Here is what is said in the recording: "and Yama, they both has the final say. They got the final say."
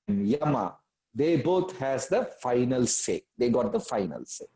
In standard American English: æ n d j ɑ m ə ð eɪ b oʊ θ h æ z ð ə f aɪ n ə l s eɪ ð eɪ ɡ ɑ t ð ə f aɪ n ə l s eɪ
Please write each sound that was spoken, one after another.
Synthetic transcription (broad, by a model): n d j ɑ m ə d eɪ b oʊ t h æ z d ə f aɪ n ə l s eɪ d eɪ ɡ ɑ t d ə f aɪ n ə l s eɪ